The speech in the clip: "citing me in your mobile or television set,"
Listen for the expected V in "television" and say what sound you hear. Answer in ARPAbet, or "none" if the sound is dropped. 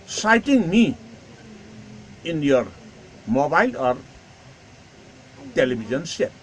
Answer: B